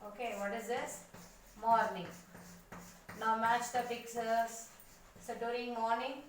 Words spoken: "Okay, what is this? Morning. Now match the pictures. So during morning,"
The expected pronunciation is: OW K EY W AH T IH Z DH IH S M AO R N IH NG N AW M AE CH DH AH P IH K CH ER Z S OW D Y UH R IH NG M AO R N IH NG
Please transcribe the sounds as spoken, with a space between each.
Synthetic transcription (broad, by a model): OW K EY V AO T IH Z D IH S M AO R N IH NG N AW M AE CH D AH B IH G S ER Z S OW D Y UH R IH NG M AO R N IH NG